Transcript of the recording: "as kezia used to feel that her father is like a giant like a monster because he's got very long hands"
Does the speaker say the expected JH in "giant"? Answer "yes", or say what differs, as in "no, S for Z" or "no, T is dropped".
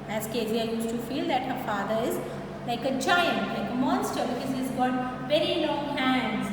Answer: no, CH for JH